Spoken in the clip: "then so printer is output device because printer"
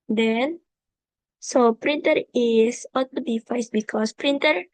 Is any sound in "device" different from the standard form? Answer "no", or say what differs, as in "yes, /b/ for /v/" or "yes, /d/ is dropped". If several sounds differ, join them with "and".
yes, /f/ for /v/